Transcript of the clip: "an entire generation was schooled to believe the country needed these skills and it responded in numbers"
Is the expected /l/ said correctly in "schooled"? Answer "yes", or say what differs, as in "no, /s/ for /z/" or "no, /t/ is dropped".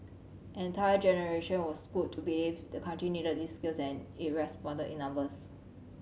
no, /l/ is dropped